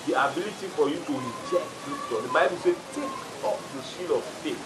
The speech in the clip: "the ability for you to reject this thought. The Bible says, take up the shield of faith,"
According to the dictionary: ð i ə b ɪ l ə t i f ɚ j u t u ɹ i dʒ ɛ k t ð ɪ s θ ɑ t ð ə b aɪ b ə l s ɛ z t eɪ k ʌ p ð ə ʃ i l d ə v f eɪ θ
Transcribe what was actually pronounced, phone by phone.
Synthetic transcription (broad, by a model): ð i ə b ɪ l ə t i f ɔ j u t u ɹ i dʒ ɛ k t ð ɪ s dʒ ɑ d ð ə b aɪ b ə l s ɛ t eɪ k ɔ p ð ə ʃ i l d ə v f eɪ